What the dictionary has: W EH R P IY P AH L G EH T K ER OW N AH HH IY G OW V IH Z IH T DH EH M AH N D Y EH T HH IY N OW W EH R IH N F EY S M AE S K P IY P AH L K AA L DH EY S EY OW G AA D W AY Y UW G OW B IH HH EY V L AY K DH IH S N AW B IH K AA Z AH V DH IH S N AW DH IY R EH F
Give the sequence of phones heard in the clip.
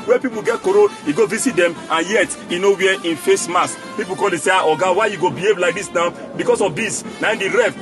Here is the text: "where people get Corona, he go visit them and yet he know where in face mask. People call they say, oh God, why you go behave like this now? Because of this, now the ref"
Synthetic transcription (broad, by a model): W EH P IY P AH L G EH T K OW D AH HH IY G OW V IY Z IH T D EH M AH N Y EH T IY N OW W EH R IH N F EY S M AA S P IY P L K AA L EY S EY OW G AA W AY Y UW G OW B IH HH EY V L AY K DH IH S N AW B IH K AA S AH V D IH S N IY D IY R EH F